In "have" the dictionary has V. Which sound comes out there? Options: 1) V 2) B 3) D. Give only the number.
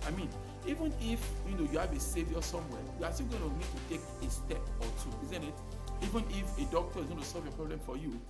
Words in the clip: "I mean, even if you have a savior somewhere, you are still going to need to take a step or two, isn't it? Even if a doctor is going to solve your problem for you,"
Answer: 2